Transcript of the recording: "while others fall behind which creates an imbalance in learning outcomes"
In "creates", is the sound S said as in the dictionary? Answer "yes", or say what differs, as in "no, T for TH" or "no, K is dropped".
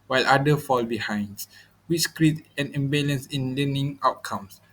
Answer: no, S is dropped